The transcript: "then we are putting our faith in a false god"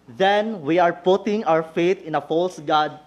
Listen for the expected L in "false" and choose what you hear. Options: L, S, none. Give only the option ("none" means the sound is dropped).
L